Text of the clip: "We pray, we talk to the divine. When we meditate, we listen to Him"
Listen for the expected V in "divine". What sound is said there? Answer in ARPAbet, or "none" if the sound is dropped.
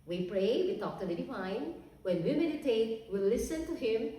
F